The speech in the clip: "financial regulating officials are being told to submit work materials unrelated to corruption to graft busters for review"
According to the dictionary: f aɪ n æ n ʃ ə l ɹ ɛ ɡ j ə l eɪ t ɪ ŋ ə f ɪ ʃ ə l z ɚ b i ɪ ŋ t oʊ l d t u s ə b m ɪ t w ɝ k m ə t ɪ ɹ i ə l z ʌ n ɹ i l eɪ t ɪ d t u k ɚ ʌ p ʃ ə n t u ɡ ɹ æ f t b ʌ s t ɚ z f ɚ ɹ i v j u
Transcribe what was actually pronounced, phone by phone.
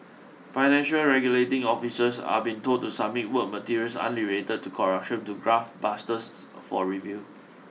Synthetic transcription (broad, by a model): f aɪ n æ n ʃ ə l ɹ ɛ ɡ j ə l eɪ t ɪ ŋ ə f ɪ s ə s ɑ b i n t oʊ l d t u s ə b m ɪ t w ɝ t m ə t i ɹ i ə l s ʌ n l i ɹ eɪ t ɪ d t u k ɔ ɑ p ʃ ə n t u ɡ ɹ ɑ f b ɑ s t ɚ s f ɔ ɹ i v j u